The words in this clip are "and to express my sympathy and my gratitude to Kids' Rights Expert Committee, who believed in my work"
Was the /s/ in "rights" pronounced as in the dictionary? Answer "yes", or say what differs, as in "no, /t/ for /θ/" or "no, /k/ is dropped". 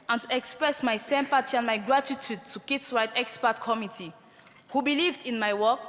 no, /s/ is dropped